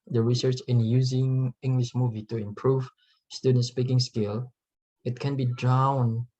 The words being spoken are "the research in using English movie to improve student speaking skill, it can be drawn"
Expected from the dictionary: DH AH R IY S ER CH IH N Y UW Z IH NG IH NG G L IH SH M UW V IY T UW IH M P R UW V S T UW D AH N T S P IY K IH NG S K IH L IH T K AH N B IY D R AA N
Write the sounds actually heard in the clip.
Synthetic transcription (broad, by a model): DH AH R IY S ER CH IH N Y UW Z IH NG IH NG G L IH SH M UW V IY T UW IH M P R UW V S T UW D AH N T S P IY K IH NG S K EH L IH T K AH N B IY D R AA N